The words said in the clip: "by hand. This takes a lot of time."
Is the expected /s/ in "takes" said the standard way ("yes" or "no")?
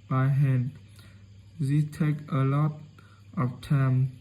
no